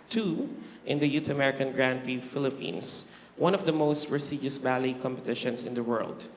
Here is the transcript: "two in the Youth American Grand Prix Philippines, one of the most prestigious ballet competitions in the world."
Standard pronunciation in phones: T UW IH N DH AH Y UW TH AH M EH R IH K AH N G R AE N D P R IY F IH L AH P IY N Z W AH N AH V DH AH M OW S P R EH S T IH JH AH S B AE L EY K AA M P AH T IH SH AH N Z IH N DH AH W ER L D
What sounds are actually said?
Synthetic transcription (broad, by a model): T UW IH N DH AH Y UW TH AH M EH R IH K AH N G R AE N D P IY F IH L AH P IY N S W AH N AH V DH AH M OW S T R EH S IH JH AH S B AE L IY K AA M P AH T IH SH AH N S IH N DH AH W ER L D